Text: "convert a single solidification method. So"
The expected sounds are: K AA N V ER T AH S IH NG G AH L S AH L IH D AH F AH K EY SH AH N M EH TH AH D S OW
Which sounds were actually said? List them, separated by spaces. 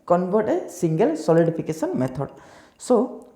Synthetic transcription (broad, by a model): K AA N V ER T AH S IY NG G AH L S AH L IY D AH P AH K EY S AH N M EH T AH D S OW